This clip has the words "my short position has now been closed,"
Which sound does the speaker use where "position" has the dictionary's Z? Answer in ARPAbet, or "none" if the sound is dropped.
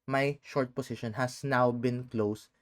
S